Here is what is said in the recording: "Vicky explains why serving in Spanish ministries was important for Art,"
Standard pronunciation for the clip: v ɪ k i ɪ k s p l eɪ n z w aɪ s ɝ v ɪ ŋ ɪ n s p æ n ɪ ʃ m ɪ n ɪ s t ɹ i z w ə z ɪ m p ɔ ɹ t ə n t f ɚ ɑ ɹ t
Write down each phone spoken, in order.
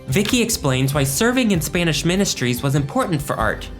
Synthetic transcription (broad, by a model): v ɪ k i ɪ k s p l eɪ n z w aɪ s ɝ v ɪ ŋ ɪ n s p æ n ɪ ʃ m ɪ n ɪ s t ɹ i z w ə z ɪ m p ɔ ɹ t n t f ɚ ɑ ɹ t